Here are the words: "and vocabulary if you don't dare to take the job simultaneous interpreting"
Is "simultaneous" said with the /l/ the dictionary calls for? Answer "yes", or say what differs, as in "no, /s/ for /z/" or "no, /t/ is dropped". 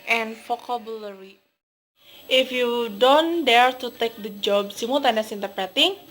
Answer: no, /l/ is dropped